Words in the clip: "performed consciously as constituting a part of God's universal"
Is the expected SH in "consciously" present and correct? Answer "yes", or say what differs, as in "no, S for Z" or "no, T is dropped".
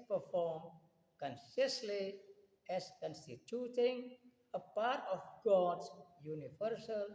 no, S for SH